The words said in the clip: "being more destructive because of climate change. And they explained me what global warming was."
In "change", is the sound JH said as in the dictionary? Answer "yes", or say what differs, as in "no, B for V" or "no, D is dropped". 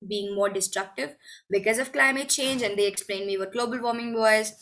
yes